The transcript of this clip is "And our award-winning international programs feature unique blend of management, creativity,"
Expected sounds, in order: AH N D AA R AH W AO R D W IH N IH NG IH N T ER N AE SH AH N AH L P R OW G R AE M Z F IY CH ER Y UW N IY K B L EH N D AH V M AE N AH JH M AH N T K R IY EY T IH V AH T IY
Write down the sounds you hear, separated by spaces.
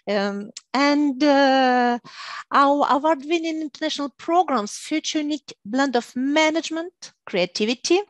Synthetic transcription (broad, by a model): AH N D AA W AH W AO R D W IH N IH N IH N T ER N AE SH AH N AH L P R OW G R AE M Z F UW CH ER N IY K B L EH N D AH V M AE N AH JH M AH N T K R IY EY T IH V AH T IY